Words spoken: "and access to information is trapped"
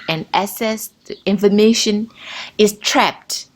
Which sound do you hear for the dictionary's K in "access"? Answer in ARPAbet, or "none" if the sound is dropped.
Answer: none